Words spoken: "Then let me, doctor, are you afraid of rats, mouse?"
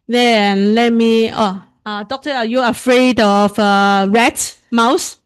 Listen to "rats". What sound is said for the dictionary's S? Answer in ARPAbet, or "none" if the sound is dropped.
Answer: none